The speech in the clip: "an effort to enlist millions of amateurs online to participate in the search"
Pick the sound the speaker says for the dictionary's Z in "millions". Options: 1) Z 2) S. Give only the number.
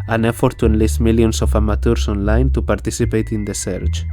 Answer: 2